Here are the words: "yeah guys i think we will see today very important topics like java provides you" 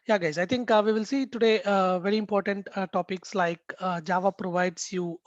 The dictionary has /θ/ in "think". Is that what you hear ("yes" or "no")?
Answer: no